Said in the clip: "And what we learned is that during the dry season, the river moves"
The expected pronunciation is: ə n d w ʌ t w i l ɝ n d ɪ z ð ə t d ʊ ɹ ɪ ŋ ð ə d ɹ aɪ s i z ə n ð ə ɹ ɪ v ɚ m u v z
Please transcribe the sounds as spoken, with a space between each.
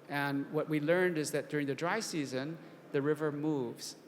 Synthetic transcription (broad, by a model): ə n w ʌ t w i l ɝ n d ɪ z ð ə t d ʊ ɹ ɪ ŋ ð ə d ɹ aɪ s i z ə n ð ə ɹ ɪ v ɚ m u v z